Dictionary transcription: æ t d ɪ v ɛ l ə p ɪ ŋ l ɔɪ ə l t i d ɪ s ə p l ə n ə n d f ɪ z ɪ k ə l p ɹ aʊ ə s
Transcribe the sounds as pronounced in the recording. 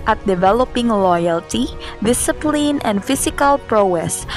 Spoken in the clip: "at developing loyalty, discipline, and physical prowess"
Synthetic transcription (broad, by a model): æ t d ɪ v ɛ l ə p ɪ ŋ l ɔɪ ə l t i d ɪ s ə p l ə n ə n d f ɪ s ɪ k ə l p ɹ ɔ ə s